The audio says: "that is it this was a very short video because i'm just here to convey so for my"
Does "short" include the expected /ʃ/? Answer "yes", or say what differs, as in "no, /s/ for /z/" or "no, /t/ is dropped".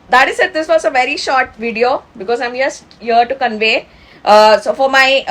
yes